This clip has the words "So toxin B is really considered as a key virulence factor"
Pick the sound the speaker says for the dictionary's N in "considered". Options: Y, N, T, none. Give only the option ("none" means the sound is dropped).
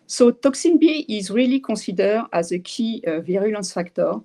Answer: none